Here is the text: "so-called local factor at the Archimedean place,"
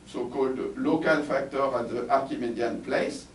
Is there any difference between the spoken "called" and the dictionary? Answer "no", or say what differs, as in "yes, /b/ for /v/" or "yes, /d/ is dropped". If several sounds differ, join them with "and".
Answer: no